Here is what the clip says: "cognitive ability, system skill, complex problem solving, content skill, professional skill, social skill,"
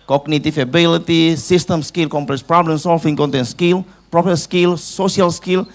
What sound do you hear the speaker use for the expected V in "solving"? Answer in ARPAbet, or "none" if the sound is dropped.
F